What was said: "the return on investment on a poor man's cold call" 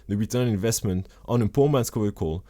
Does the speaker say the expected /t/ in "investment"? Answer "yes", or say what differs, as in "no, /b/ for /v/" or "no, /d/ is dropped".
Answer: yes